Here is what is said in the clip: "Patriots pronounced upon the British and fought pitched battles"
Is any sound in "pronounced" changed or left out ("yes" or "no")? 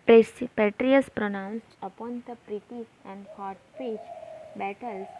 no